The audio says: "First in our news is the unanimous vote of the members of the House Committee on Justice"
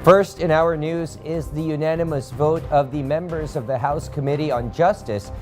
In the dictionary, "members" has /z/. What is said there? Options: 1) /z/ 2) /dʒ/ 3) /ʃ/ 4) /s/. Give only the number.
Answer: 1